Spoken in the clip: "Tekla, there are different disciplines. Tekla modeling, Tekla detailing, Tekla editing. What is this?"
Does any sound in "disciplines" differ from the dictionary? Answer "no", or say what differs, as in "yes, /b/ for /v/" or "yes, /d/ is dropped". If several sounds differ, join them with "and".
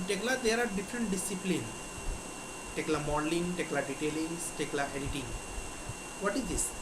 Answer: yes, /z/ is dropped